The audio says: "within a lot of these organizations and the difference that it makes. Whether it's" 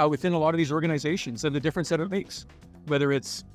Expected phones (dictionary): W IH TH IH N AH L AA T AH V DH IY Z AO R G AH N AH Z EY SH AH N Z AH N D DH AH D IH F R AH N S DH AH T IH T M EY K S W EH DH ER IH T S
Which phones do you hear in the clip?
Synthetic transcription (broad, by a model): W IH TH IH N AH L AA T AH V DH IY Z AO R G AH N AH Z EY SH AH N Z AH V DH AH D IH F R AH N S DH AH T IH T M EY K S W EH DH ER IH T S